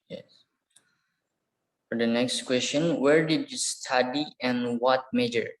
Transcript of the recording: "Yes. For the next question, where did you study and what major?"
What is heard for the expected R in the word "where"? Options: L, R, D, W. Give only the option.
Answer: R